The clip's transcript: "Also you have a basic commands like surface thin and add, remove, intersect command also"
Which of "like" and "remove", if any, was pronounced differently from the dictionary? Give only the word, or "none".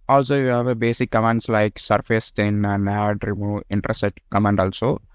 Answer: remove